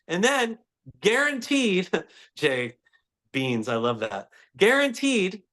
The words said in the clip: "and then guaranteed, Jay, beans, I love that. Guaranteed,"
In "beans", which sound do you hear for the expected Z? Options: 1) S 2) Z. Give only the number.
2